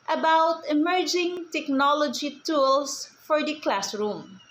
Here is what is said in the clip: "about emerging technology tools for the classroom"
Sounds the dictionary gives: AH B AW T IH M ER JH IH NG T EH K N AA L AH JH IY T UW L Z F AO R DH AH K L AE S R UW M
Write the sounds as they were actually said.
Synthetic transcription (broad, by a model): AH B AW T IH M ER JH IH NG T EH K N AA L AH JH IY T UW L S F AO R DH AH K L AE S R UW M